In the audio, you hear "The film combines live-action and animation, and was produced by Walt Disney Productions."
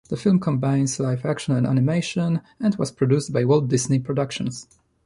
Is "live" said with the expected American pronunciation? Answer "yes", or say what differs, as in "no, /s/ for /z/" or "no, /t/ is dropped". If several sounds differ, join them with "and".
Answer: no, /f/ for /v/